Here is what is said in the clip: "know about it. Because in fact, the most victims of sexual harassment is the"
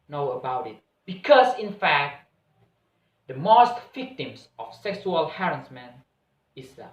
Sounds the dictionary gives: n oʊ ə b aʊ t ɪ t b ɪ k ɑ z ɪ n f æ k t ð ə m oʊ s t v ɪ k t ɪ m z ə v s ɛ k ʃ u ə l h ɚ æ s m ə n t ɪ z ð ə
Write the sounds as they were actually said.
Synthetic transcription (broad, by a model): n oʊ ə b aʊ t ɪ t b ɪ k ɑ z ɪ n f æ k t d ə m oʊ s t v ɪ k t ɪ m s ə f s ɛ k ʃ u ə l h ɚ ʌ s m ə n ɪ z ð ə